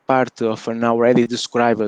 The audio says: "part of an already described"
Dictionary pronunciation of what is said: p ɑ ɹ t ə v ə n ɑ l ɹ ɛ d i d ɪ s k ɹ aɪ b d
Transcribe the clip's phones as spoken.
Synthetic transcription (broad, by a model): p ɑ ɹ t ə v ə n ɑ w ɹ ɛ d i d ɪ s k ɹ aɪ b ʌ